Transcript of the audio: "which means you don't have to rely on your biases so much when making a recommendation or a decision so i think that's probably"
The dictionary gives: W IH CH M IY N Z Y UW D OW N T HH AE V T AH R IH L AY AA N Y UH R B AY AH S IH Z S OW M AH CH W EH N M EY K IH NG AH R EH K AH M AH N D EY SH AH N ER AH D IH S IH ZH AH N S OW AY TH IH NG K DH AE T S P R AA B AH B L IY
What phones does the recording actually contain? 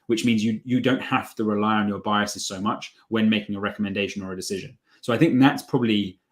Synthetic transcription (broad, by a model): W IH CH M IY N Z Y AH D OW N T HH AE F T AH R IH L AY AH N Y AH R B AY AH S IH Z S OW M AH CH W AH N M EY K IH NG AH R EH K AH M AH N D EY SH AH N ER AH D IH S IH ZH AH N S OW AY TH IH NG K DH AE T S P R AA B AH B L IY